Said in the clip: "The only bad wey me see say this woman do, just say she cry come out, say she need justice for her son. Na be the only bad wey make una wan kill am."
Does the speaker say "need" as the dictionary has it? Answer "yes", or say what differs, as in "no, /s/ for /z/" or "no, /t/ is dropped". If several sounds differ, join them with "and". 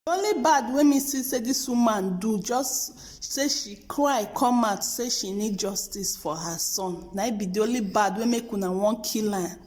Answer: yes